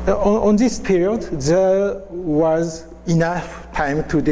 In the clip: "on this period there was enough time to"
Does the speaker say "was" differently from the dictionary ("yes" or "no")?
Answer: no